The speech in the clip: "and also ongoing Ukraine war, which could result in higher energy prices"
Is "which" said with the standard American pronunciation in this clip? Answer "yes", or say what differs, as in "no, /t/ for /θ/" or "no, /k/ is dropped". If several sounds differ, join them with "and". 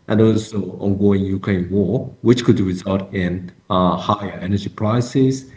yes